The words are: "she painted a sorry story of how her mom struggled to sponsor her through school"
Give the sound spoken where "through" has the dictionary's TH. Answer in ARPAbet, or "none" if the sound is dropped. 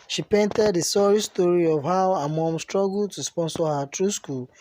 T